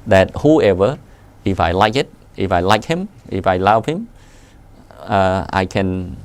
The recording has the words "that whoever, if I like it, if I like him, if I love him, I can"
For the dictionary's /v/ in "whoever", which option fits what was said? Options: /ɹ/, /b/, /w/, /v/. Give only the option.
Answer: /v/